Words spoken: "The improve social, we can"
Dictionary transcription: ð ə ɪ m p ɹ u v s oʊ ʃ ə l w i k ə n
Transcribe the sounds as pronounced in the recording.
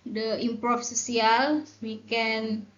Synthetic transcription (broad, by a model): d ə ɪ m p ɹ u f s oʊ s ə l w i k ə n